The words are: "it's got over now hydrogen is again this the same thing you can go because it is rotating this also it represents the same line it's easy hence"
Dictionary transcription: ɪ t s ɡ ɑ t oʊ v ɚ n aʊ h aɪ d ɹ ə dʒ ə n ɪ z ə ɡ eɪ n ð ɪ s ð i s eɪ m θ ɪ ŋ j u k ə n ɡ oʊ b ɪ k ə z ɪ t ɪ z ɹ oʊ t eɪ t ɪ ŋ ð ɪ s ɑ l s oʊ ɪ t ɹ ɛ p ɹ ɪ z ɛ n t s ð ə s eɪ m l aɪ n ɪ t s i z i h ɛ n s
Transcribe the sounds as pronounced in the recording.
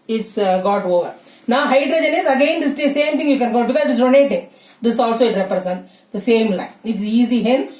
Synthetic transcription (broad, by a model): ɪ t s ɡ ɑ t oʊ v ɚ n aʊ h aɪ d ɹ ə dʒ ə n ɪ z ə ɡ eɪ n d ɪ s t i s eɪ m t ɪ ŋ j u k ə n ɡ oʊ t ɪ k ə ɪ t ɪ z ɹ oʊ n eɪ t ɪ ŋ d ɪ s ɑ l s oʊ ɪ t ɹ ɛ p ɹ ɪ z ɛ n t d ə s eɪ m l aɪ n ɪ t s i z i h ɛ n